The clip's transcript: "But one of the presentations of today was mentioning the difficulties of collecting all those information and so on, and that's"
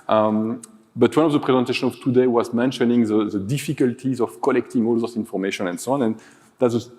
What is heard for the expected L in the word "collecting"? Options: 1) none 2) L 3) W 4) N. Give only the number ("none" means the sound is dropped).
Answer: 2